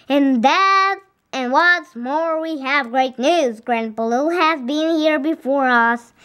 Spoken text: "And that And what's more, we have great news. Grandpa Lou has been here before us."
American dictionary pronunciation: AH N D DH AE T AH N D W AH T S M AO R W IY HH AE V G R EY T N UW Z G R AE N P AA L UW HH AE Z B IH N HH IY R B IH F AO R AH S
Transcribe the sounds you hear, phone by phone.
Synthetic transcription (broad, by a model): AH N DH AE T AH N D W AH T S M AO R W IY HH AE V G R EY T N UW Z G R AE N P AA L UW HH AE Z B IH N HH IY R B IH F AO R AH S